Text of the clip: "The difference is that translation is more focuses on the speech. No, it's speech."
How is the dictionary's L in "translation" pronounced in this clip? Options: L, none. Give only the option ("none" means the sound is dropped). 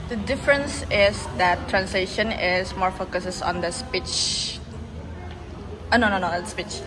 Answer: L